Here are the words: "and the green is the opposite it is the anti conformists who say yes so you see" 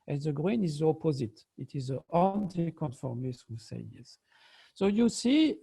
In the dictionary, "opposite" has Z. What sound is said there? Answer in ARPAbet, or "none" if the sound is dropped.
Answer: Z